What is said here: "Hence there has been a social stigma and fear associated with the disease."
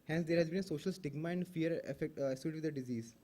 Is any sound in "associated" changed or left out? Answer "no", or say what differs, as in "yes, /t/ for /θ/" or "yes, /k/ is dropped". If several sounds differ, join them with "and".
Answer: yes, /s/ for /t/